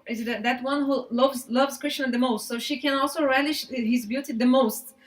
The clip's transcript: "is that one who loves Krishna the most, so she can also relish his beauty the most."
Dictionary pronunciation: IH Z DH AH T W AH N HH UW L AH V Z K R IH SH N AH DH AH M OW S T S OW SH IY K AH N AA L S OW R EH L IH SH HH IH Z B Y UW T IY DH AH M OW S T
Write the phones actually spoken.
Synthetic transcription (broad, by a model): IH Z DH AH T W AH N HH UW L AH V Z K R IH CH N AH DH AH M OW S T S OW SH IY K AH N AA L S OW R EH L IH SH HH IH Z B Y UW T IY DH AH M OW S T